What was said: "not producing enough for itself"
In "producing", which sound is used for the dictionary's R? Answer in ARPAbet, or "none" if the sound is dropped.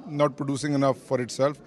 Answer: R